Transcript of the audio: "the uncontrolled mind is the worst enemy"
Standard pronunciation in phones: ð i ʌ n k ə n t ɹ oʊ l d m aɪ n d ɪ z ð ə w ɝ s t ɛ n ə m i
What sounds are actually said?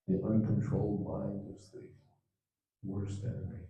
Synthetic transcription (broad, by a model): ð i ʌ n k ə n t ɹ oʊ l d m aɪ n ɪ z ð ə w ɝ s t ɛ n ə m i